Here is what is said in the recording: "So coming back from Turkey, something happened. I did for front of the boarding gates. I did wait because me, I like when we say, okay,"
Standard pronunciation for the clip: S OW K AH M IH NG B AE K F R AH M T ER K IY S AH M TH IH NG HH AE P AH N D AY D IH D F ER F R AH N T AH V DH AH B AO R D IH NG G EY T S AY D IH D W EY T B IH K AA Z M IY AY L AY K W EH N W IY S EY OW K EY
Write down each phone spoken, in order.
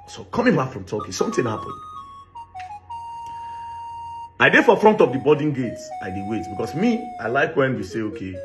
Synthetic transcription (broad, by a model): S OW K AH M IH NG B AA K F R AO M T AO K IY S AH M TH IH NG HH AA P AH N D AY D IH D F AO F R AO N T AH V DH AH B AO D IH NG G EY T S AY D IH D W EY T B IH K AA S M IY AY L AY K W EH N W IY S EY OW K EY